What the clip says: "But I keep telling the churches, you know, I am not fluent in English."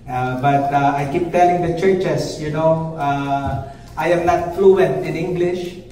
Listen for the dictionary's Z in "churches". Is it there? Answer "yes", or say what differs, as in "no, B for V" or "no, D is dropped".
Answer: no, S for Z